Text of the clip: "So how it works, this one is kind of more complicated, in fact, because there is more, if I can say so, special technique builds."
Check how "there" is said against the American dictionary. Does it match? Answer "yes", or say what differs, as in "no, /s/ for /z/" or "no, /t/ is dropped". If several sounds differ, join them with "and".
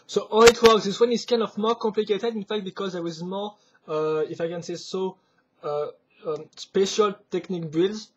no, /w/ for /ɹ/